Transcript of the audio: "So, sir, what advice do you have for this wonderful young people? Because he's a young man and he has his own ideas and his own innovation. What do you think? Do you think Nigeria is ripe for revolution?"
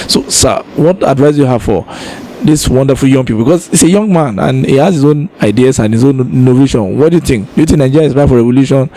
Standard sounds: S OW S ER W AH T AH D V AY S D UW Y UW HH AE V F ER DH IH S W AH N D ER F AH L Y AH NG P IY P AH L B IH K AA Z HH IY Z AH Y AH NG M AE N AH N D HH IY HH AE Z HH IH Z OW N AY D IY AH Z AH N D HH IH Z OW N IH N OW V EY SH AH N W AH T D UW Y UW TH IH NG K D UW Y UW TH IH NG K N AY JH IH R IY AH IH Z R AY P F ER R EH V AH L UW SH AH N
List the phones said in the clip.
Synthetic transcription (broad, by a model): S OW S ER W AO T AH D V AY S Y UW HH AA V F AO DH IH S W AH N D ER F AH L Y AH NG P IY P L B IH K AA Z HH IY S AH Y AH NG M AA N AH N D HH IY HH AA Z HH IH Z OW N AY D IY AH S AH N HH IH Z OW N N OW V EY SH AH N W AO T D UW Y UW TH IH NG K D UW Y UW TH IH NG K N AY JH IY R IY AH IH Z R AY F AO R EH V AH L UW SH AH N